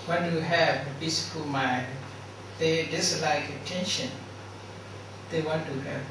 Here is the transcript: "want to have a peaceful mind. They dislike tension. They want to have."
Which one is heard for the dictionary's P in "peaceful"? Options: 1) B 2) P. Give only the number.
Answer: 1